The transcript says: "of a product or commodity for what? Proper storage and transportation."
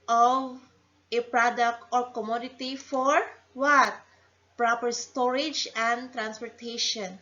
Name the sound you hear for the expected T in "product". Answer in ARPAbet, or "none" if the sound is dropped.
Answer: T